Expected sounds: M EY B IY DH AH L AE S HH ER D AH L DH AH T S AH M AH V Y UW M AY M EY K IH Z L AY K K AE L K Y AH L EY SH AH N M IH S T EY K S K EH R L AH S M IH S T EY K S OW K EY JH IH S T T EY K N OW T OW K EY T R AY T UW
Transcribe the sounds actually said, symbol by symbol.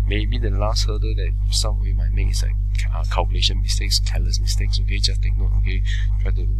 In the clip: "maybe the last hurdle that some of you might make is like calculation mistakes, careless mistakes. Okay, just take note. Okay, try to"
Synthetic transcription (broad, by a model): M EY B IY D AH L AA S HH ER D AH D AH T S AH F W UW M AY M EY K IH S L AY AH K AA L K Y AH L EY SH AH N M IH S T EY K S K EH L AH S M IH S T EY K S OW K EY JH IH S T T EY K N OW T OW K EY T R AY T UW